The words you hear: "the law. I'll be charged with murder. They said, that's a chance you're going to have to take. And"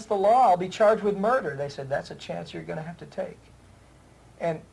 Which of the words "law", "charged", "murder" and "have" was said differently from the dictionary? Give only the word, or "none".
have